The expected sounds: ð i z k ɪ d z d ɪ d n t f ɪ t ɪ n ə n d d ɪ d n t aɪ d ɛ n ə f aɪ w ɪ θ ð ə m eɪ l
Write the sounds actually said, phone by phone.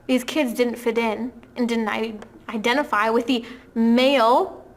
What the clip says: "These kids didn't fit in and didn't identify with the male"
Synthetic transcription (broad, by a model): ð i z k ɪ d z d ɪ d n t f ɪ t ɪ n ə n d d ɪ d n t aɪ d ɛ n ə f aɪ w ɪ ð ə m eɪ l